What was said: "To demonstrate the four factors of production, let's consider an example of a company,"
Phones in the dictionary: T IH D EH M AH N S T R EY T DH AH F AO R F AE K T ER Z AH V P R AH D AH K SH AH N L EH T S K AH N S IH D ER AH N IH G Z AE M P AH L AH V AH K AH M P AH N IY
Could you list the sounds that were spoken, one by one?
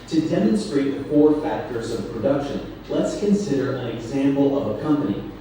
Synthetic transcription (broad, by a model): T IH D EH M AH N S T R EY T DH AH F AO R F AE K T ER Z AH V P R AH D AH K SH AH N L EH T S K AH N S IH D ER AH N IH G Z AE M P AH L AH V AH K AH M P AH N IY